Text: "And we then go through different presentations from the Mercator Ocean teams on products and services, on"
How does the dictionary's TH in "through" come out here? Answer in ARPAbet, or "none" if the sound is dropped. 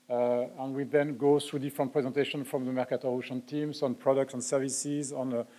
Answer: S